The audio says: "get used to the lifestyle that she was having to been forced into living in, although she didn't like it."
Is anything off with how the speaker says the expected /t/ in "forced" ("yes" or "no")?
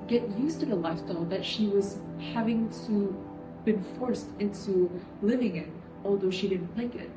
no